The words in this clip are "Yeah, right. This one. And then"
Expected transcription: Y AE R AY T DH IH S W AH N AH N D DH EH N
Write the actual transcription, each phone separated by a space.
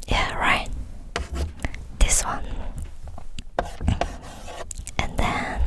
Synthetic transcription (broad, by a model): Y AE R AY T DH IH S W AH N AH N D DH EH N